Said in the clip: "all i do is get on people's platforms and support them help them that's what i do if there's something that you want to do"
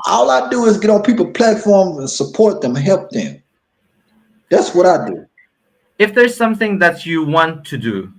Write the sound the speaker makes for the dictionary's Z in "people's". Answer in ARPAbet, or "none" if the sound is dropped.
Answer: none